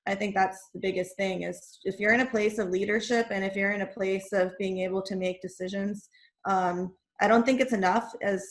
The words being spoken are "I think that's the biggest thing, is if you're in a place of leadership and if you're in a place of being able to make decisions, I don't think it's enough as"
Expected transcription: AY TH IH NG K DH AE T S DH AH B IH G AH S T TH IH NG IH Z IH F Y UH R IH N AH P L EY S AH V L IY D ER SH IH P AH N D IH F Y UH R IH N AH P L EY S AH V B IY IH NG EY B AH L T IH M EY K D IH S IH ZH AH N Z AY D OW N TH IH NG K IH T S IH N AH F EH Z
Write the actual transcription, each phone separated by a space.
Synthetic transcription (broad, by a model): AY TH IH NG K DH AE T S DH AH B IH G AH S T TH IH NG IH Z IH F Y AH R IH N AH P L EY S AH V L IY D ER SH IH P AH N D IH F Y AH R IH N AH P L EY S AH V B IY IH NG EY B L T IH M EY K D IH S IH ZH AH N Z AY D OW N TH IH NG K IH T S IH N AH F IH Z